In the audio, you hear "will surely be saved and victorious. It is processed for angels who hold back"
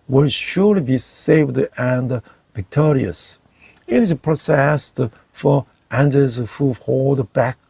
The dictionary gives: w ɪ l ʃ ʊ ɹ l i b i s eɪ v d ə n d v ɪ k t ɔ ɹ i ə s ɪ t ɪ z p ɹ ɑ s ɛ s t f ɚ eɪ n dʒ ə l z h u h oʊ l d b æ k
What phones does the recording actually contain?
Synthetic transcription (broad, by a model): w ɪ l ʃ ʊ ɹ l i b i s eɪ v d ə n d v ɪ k t ɔ ɹ i ə s ɪ t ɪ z p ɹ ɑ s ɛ s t f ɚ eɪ n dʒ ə z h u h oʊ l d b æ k